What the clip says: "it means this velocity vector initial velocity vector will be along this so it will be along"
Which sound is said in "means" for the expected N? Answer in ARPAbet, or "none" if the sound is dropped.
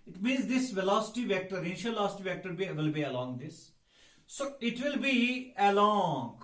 N